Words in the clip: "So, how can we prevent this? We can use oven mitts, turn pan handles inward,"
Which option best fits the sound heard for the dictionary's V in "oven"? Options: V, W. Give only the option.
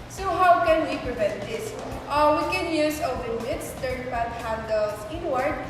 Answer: W